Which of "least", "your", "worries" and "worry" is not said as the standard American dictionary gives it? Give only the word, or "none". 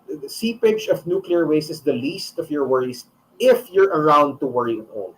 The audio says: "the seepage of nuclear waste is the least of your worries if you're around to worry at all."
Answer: worries